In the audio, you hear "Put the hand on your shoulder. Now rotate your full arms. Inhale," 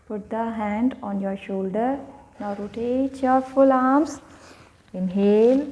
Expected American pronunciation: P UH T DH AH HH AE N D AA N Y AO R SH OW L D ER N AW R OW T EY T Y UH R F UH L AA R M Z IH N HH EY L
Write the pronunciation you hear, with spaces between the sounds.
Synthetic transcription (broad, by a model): P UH T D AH HH AE N D AA N Y AO R SH OW L D ER N AW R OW T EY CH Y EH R F UH L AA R M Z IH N HH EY L